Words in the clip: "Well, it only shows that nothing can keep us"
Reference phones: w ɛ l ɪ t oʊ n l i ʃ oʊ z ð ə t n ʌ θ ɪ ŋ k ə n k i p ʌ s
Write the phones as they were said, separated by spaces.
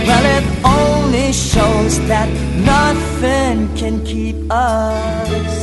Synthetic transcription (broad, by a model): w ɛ l ɪ t oʊ n l i ʃ oʊ z ð ə t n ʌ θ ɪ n k ə n k i p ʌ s